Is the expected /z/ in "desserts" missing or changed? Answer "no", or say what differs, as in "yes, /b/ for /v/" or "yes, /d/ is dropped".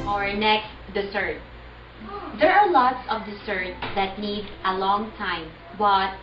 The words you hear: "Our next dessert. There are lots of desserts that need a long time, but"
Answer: yes, /s/ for /z/